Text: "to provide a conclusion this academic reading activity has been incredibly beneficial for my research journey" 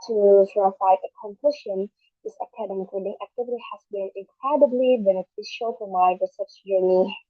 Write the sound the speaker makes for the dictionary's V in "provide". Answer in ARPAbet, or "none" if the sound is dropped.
F